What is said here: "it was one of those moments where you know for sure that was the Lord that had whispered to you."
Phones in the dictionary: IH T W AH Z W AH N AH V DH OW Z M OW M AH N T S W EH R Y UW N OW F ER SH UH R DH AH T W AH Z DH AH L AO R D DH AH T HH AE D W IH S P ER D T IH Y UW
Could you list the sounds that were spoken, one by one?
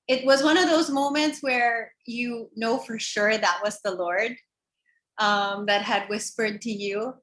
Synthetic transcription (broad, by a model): IH T W AH Z W AH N AH V DH OW Z M OW M AH N T S W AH R Y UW N OW F ER SH UH R DH AH T W AH Z DH AH L AO R D DH AH T HH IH D W IH S P ER D T IH Y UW